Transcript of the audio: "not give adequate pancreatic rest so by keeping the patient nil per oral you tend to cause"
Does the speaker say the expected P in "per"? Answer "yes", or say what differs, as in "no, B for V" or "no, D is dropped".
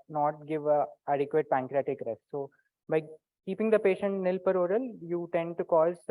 yes